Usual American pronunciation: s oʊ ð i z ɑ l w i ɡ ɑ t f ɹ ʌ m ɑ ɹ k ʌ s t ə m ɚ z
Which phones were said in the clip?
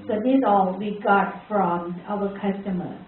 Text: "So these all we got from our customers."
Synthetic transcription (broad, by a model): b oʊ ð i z ɑ l w i ɡ ɑ t f ɹ ʌ m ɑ w k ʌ s t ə m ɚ